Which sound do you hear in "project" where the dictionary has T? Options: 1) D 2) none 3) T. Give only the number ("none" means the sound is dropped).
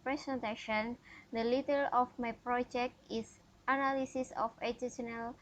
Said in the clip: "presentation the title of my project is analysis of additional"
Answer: 3